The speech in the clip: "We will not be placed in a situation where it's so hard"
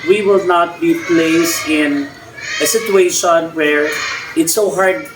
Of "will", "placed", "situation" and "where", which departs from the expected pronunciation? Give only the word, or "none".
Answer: placed